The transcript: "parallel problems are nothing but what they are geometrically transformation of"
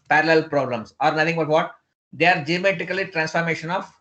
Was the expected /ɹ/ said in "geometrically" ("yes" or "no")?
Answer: no